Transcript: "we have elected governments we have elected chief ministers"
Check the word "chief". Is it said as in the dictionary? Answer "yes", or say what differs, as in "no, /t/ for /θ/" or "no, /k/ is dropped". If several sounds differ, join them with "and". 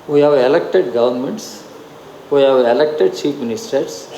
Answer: no, /p/ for /f/